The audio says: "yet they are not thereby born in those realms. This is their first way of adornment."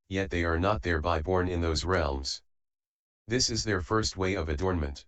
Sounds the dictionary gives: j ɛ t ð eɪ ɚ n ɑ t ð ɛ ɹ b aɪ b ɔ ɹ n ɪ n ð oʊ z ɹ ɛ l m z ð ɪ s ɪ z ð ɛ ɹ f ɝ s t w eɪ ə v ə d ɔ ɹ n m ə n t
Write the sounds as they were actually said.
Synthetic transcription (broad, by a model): j ɛ t ð eɪ ɚ n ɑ t ð ɛ ɹ b aɪ b ɔ ɹ n ɪ n ð oʊ z ɹ ɛ l m z ð ɪ s ɪ z ð ɛ ɹ f ɝ s t w eɪ ə v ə d ɔ ɹ n m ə n t